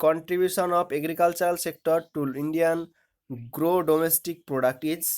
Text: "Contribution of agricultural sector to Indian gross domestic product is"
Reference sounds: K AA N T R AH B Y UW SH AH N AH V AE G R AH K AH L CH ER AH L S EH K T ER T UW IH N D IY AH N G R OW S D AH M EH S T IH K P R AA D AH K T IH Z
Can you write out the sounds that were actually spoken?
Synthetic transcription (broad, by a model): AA N T R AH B Y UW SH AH N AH P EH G R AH K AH L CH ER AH L S EH K T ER T UW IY N D IY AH N G R OW D AH M EH S T IH K P R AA D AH K T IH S